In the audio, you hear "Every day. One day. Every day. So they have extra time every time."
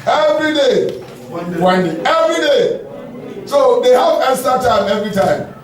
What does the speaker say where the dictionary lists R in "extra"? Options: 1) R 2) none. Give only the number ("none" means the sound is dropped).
2